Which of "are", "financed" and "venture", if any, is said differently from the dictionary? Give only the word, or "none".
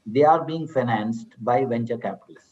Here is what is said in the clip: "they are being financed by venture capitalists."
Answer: none